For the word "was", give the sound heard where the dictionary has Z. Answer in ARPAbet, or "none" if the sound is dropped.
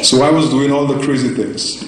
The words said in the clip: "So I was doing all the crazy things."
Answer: Z